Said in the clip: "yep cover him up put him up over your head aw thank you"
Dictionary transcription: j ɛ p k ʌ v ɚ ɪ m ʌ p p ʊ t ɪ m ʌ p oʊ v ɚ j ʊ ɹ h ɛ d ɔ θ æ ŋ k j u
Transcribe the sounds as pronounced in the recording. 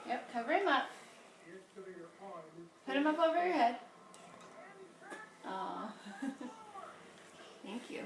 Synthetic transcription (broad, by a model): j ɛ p k ʌ v ɚ ɪ m ʌ p p ʊ t ɪ m ʌ p oʊ v ɚ j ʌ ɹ h ɛ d ɔ θ æ ŋ k j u